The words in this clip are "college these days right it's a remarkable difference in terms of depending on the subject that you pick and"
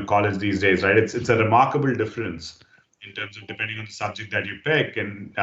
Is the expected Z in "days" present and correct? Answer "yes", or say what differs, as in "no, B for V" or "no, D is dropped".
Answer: yes